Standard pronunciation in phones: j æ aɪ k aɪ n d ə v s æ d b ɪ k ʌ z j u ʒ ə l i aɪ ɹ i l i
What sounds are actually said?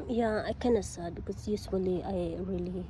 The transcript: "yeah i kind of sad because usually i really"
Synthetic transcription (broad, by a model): j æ aɪ k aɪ n ə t s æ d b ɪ k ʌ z j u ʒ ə l i aɪ ɹ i l i